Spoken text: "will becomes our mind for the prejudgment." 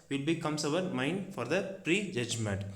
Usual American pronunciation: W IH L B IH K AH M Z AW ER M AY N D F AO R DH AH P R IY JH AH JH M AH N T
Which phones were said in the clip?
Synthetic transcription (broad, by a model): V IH L B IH K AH M S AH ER M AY N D F AO R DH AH P R IY JH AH JH M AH N T